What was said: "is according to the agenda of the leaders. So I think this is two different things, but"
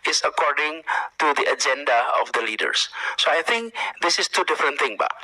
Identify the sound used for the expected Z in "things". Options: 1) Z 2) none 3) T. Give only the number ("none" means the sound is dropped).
2